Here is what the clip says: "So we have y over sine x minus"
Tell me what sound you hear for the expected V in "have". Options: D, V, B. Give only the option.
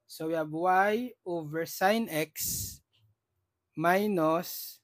B